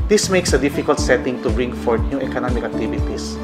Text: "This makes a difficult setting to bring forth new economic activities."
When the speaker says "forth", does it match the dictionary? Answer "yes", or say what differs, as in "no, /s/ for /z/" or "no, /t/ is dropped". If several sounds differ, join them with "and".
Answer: no, /t/ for /θ/